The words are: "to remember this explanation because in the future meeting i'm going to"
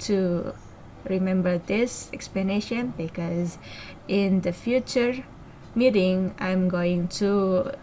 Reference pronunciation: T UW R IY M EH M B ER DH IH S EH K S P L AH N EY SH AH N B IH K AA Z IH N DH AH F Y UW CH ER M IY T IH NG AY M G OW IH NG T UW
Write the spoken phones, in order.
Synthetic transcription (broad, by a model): T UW R IY M EH M B ER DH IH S EH K S P L AH N EY SH AH N B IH K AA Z IH N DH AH F Y UW CH ER M IY T IH NG AY M G OW IH NG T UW